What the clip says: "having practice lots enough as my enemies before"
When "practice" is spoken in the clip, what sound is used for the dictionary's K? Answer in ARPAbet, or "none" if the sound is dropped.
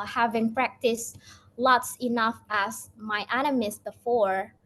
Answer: K